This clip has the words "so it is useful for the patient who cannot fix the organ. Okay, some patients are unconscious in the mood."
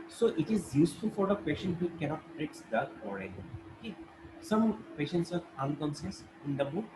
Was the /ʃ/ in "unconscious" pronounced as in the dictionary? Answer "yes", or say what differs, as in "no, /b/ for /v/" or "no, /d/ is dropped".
no, /s/ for /ʃ/